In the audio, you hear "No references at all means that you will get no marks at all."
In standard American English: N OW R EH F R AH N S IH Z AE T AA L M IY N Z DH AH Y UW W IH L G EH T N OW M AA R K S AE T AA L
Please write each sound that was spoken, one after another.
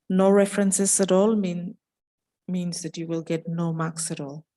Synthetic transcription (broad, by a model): N OW R EH F R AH N S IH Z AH T AA L M IY N Z DH AH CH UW W IH L G EH T N OW M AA K S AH T AA L